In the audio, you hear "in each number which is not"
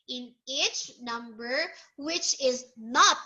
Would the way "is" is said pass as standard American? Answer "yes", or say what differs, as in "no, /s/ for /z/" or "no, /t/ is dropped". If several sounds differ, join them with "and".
yes